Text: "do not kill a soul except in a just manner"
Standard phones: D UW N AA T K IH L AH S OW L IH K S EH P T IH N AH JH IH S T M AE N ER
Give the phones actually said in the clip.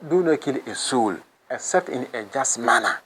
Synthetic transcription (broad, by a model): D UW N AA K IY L AH S OW L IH S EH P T IH N AH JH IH S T M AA N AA